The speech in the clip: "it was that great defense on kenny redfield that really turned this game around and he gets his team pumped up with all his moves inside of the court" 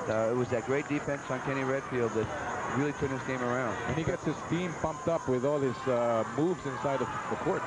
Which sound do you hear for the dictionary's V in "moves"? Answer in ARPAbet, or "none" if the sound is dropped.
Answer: V